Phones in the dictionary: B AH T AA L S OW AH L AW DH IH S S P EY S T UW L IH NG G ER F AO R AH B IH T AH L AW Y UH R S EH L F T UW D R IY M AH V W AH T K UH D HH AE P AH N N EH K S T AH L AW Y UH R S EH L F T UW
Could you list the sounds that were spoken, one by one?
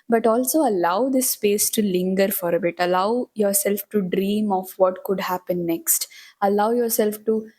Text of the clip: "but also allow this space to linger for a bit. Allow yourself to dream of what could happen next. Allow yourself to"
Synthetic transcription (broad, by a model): B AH T AA L S OW AH L AW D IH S S P EY S T UW L IH NG G ER F AO R AH B IH T AH L AW Y UH R S EH L F T UW D R IY M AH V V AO T K UH D HH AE P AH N N EH K S T AH L AW Y UH R S EH L F T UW